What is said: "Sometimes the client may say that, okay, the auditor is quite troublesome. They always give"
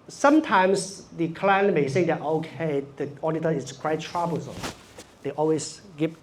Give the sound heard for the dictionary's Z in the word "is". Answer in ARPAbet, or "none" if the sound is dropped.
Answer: S